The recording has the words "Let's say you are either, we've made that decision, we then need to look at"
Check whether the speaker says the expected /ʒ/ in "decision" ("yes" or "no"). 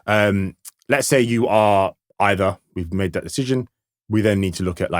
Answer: yes